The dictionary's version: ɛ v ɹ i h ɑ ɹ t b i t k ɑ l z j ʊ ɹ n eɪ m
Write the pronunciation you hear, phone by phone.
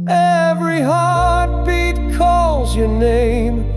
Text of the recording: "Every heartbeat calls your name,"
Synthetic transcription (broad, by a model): ɛ v ɹ i h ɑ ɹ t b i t k ɑ l z j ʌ ɹ n eɪ m